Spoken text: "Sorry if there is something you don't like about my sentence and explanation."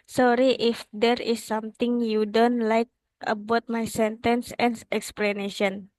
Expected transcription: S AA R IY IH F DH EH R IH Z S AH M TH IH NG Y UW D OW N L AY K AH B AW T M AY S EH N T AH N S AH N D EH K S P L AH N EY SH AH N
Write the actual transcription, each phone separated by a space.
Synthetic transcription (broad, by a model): S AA R IY IH F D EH R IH S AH M T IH NG Y UW D OW N L AY K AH B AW T M AY S EH N T AH N S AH N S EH K S P L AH N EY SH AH N